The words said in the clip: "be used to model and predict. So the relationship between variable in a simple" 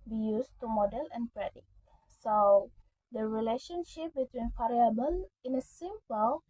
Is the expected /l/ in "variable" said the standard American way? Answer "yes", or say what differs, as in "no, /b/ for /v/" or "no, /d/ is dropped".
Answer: no, /n/ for /l/